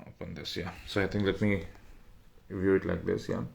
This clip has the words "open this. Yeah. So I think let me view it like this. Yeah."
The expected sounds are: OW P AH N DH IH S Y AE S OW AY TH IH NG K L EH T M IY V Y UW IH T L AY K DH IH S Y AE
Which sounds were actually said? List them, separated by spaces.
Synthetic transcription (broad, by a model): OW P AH N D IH S Y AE S OW AY T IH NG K L EH T M IY V Y UW IH T L AY K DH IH S Y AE